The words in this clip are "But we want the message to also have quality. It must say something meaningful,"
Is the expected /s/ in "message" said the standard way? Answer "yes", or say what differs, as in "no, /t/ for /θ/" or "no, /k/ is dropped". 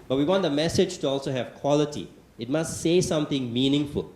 yes